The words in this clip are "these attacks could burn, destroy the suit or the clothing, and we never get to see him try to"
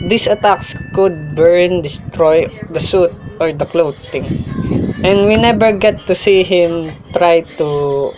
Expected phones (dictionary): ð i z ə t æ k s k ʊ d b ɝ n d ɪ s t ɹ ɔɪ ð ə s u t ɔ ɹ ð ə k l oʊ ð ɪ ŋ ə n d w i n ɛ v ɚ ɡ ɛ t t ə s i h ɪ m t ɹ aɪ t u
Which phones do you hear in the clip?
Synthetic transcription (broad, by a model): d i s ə t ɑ k s k ʊ d b ɝ n d ɪ s t ɹ ɔɪ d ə s u t ɔ ɹ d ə k l oʊ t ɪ ŋ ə n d w i n ɛ b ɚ ɡ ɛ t t ə s i h ɪ m t ɹ aɪ t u